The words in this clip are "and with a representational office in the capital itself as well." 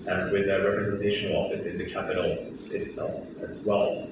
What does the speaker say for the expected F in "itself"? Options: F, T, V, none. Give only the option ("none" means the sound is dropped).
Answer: none